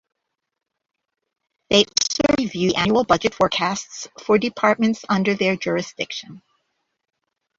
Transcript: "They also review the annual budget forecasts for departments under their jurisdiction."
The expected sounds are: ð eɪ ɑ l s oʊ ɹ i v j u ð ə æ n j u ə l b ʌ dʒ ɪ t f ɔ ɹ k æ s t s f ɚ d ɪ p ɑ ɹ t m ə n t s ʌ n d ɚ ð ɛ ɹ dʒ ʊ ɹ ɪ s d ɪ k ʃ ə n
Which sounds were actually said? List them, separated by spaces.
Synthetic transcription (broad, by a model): ð eɪ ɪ s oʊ ɹ i v j u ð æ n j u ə l b ʌ dʒ ɪ t f ɔ ɹ k æ s t s f ɚ d ɪ p ɑ ɹ t m ə n t s ʌ n d ɚ ð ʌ ɹ dʒ ʊ ɹ ɪ s d ɪ k ʃ ə n